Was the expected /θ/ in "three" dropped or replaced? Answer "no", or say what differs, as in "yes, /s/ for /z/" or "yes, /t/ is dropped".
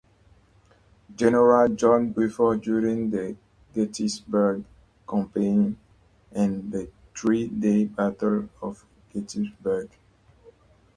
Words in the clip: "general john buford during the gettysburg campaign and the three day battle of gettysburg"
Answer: yes, /t/ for /θ/